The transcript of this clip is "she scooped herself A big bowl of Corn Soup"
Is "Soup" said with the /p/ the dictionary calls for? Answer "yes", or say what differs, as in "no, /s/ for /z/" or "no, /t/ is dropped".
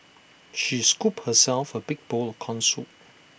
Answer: no, /p/ is dropped